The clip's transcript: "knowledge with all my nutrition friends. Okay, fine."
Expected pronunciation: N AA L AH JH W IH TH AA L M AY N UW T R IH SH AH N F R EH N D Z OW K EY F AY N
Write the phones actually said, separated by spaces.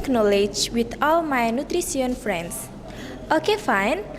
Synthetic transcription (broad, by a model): N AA L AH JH W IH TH AA L M AY N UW T R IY S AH N F R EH N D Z OW K EY F AY N